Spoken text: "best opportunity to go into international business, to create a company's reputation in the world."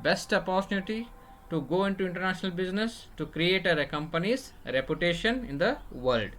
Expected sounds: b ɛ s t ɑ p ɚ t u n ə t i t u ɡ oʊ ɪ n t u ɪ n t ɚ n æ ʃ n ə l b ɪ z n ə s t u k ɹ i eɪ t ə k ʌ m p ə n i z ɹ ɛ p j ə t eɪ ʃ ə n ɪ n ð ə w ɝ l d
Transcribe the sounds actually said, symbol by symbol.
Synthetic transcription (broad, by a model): b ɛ s t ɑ p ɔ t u l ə t i t u ɡ oʊ ɪ n t u ɪ n t ɚ n æ ʃ n ə l b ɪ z n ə s t u k ɹ i eɪ t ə k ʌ m p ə n i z ɹ ɛ p j ə t eɪ ʃ ə n ɪ n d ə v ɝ l d